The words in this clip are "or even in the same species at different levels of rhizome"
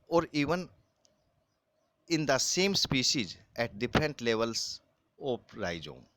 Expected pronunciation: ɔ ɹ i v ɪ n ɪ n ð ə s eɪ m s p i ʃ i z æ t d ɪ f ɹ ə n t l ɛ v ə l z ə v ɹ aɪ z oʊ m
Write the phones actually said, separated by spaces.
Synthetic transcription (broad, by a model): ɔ ɹ i v ɪ n ɪ n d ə s eɪ m s p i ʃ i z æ t d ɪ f ɹ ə n t l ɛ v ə l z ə p ɹ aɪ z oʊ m